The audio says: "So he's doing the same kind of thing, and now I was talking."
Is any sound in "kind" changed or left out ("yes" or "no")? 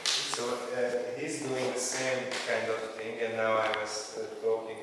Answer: no